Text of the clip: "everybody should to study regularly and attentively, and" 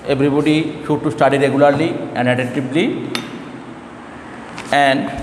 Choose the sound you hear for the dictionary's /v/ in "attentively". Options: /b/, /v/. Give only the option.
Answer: /b/